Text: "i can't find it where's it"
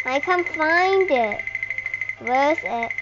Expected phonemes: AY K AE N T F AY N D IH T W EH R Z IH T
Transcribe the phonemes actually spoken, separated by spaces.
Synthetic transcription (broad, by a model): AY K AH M F AY N D IH T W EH R S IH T